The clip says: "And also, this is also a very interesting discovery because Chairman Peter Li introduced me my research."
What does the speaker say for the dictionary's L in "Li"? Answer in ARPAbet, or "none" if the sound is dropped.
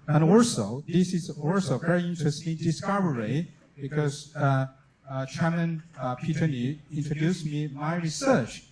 N